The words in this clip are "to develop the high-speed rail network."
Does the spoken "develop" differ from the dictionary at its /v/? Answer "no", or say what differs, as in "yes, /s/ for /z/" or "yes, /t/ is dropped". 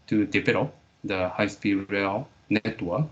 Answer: yes, /p/ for /v/